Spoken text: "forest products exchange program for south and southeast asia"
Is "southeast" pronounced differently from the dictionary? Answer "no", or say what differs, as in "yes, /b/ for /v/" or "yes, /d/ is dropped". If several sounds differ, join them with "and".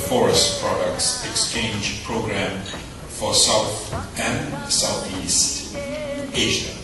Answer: no